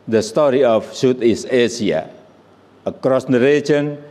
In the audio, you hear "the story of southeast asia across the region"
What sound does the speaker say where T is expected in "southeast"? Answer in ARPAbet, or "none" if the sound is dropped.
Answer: none